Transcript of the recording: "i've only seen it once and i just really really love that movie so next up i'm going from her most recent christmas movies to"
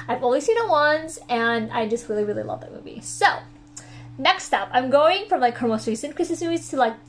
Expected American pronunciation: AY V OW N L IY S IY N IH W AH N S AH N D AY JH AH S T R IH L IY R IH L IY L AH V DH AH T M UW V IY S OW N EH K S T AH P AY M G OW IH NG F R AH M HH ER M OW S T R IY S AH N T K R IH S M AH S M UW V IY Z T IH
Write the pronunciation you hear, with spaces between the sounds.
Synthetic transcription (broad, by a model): AY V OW L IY S IY N IH W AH N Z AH N AY JH AH S T R IH L IY R IH L IY L AH V DH AH T M UW V IY S OW N EH K S T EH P AY M G OW IH NG F R AH M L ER M OW S T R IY S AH N K R IH S M AH S M UW V IY Z T IH